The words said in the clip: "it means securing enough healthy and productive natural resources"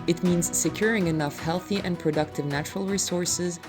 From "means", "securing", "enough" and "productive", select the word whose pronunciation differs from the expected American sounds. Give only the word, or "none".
none